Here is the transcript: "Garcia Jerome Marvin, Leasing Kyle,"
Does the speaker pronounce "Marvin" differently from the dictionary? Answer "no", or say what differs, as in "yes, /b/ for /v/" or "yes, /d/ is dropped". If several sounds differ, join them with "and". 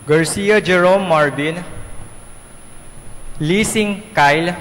yes, /b/ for /v/